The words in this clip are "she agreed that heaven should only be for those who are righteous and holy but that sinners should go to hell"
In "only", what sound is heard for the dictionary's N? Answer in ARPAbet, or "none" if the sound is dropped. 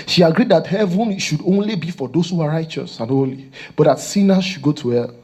N